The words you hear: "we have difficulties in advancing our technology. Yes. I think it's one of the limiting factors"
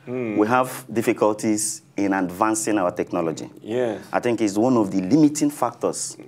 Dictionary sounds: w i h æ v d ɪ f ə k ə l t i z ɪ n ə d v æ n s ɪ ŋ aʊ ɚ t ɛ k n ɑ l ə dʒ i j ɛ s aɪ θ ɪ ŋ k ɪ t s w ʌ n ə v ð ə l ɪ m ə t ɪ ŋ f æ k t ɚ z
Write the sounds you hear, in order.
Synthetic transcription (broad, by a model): w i h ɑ v d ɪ f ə k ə l t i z ɪ n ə d v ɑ n s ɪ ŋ aʊ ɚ t ɛ k n ɑ l ə dʒ i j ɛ aɪ θ ɪ ŋ k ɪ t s w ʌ n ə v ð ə l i m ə t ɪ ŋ f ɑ k t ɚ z